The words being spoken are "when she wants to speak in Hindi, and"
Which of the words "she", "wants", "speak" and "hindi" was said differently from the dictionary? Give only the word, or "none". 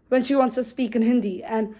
none